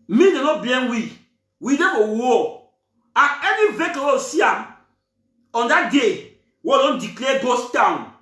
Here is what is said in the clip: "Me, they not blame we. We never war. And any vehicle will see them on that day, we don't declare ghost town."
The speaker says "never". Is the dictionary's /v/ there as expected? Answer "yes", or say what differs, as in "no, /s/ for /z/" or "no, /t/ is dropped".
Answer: no, /f/ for /v/